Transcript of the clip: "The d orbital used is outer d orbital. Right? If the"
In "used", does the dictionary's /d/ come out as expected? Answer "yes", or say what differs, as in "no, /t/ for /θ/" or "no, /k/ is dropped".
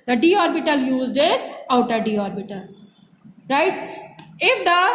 yes